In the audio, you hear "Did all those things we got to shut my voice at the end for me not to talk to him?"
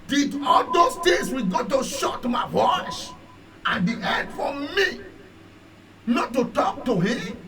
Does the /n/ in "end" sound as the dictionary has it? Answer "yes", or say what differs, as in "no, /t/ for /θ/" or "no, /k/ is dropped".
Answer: no, /n/ is dropped